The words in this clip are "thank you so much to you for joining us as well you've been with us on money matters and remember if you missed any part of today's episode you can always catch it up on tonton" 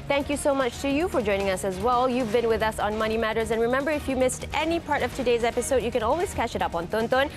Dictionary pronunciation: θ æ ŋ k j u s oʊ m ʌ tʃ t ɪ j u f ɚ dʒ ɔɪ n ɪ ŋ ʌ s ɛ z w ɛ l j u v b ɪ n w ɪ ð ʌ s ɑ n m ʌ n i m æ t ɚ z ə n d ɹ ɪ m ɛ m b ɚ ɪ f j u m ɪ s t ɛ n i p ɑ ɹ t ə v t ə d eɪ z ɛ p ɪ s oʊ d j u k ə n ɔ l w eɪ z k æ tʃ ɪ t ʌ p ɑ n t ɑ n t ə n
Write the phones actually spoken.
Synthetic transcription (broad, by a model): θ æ ŋ k j u s oʊ m ʌ tʃ t ɪ j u f ɚ dʒ ɔɪ n ɪ ŋ ʌ s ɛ z w ɛ l j u v b ɪ n w ɪ ð ʌ s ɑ n m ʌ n i m æ t ɚ z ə n ɹ ɪ m ɛ m b ɚ ɪ f j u m ɪ s t ɛ n i p ɑ ɹ t ə v t ə d eɪ z ɛ p ɪ s oʊ d j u k ə n ɔ l w eɪ z k æ tʃ ɪ t ʌ p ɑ n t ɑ n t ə n